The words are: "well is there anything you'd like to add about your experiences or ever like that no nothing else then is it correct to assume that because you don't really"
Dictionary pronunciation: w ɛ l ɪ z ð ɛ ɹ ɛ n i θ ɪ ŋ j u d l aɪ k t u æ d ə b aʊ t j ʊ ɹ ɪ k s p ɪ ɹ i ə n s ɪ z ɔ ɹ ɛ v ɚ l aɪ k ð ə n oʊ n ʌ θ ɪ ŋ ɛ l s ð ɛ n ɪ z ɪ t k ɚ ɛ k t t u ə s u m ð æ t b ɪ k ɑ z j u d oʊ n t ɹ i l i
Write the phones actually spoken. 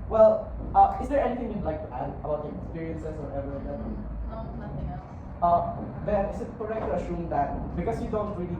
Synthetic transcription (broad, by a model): w ɛ l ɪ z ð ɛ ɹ ɛ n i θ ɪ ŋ j u d l aɪ k t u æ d ə b aʊ t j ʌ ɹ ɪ k s p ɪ ɹ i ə n s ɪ s ɔ ɹ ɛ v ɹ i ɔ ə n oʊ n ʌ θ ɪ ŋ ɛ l s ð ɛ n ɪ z ɪ t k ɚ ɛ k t t u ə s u m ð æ t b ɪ k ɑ s j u d oʊ n t ɹ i l i